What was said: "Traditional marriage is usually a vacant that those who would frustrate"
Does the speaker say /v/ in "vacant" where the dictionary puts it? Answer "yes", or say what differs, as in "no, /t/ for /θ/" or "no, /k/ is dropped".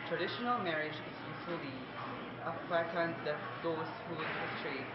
no, /f/ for /v/